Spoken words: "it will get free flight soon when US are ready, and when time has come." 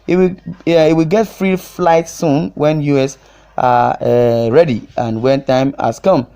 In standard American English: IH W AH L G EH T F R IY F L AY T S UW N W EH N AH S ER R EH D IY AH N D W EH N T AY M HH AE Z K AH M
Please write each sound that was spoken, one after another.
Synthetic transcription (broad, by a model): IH W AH W G EH T F R IY F L AY T S UW N W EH N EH S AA R EH D IY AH N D W EH N T AY M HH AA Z K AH M